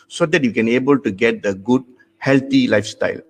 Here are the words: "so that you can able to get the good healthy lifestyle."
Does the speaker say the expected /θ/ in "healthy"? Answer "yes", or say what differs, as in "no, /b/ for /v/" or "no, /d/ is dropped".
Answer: no, /t/ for /θ/